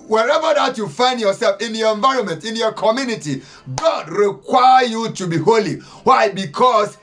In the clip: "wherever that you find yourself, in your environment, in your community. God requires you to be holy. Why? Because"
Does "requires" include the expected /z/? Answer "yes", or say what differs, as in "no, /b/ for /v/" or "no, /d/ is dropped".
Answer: no, /z/ is dropped